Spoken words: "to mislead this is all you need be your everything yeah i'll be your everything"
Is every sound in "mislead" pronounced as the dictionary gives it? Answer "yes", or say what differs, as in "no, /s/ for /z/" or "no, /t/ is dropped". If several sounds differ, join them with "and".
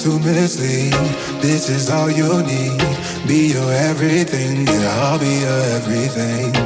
no, /l/ is dropped